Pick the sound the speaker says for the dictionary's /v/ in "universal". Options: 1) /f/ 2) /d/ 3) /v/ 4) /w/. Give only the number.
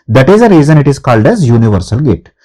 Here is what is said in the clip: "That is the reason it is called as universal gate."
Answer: 3